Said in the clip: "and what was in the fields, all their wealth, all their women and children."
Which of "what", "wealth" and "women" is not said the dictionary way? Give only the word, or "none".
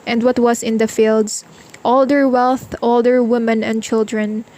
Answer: none